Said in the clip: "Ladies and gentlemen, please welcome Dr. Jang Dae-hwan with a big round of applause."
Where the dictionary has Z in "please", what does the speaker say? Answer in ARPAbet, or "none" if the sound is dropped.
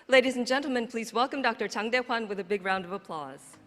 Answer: Z